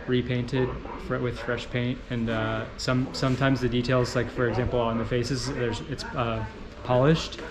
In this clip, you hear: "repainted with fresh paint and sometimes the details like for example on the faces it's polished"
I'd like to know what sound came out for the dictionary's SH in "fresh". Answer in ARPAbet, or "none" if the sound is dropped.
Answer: SH